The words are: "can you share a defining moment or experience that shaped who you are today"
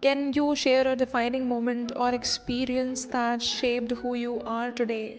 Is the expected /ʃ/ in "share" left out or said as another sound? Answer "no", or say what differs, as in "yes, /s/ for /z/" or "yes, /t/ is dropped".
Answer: no